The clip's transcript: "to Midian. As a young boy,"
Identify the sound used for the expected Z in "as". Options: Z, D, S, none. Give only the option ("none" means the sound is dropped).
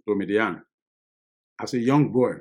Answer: S